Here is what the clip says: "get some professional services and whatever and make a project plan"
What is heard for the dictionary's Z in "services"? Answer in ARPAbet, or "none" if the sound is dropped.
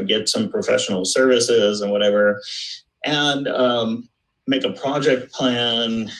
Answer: Z